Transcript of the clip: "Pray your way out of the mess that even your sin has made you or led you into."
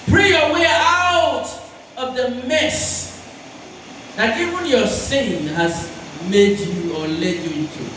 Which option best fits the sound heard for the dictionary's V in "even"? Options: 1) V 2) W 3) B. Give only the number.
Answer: 1